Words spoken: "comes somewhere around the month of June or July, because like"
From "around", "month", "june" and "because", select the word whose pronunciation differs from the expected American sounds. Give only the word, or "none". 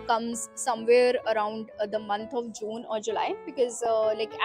month